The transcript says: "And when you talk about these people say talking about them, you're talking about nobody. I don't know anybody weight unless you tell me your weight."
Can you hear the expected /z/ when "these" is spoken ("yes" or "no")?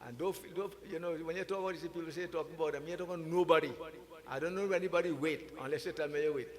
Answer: no